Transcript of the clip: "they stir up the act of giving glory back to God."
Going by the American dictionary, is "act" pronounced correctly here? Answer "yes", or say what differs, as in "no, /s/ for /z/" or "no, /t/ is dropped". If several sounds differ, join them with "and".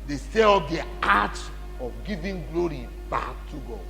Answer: no, /k/ is dropped